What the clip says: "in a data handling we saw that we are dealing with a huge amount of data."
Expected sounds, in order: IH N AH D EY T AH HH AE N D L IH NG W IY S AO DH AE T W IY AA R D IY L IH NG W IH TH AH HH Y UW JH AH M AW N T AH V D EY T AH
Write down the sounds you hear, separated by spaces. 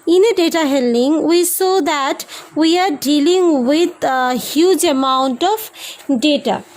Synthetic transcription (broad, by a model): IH N AH D EY T AH HH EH L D IH NG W IY S AO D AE T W IY AA R D IY L IH NG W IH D HH Y UW JH AH M AW N T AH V D EY T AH